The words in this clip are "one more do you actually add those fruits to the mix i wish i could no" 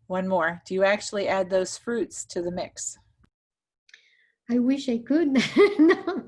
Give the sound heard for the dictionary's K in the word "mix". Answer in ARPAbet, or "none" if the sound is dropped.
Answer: K